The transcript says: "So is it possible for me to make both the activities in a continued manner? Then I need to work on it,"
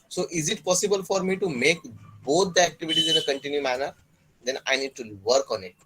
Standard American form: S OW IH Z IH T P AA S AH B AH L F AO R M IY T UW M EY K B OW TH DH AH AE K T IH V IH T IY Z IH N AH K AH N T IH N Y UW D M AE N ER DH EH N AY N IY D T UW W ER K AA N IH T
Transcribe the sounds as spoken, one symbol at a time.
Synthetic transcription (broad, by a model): S OW IH Z IH T P AA S AH B AH L F AO R M IY T UW M EY K B OW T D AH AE K T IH V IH T IY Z IH N AH K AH N T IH N Y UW M AE N ER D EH N AY N IY D T UW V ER K AA N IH T